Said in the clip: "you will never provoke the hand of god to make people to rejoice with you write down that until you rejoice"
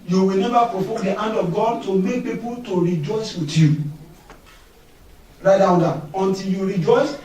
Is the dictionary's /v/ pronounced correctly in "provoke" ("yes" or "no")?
no